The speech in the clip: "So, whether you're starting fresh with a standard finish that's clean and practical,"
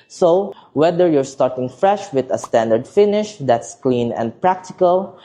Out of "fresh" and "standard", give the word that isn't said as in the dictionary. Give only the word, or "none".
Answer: none